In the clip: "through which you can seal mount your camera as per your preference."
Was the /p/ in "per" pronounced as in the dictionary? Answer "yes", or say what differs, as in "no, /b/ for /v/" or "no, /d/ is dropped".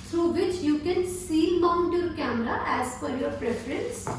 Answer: no, /f/ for /p/